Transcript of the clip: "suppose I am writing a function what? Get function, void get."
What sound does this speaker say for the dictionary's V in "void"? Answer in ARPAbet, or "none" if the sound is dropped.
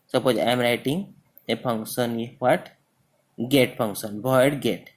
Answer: B